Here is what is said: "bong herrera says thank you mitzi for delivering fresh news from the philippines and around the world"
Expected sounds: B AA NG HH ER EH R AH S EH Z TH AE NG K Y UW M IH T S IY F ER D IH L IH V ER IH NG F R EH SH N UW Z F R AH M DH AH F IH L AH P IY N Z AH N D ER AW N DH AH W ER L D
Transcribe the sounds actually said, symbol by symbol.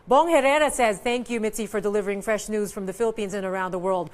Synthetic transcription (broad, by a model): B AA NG HH ER EH R AH S EH Z TH AE NG K Y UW M IH T S IY F ER D IH L IH V ER IH NG F R EH SH N UW Z F R AH M DH AH F IH L AH P IY N Z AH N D ER AW N DH AH W ER L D